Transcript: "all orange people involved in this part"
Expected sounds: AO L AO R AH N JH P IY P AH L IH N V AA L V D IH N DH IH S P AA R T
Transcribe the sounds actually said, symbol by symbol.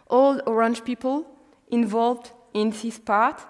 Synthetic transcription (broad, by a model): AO L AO R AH N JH P IY P AH L IH N V AA L V D IH N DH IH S P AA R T